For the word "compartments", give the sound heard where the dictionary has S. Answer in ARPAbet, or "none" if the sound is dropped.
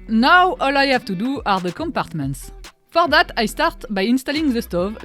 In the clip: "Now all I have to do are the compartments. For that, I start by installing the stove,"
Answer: S